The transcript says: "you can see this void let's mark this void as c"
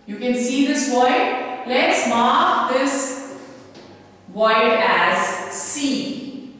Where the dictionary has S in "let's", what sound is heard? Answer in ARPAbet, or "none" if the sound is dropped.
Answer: S